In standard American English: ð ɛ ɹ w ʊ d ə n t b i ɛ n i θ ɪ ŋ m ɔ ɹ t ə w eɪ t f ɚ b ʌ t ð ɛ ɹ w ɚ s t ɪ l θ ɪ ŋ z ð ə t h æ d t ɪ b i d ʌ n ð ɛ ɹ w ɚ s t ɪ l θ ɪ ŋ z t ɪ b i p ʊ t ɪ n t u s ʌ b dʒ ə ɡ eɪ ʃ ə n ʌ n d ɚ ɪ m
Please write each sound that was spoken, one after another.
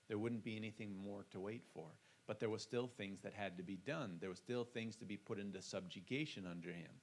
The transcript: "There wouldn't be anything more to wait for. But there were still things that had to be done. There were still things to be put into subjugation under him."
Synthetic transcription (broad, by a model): ð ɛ ɹ w ʊ d n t b i ɛ n i θ ɪ ŋ m ɔ ɹ t ə w eɪ t f ɚ b ʌ t ð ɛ ɹ w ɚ s t ɪ l θ ɪ ŋ z ð ə t h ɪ d t ɪ b i d ʌ n ð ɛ ɹ w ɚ s t ɪ l θ ɪ ŋ z t ɪ b i p ʊ t ɪ n t u s ʌ b dʒ ə ɡ eɪ ʃ ə n ʌ n d ɚ ɪ m